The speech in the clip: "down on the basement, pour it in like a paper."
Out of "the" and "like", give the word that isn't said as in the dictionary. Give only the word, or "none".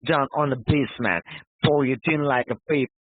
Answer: none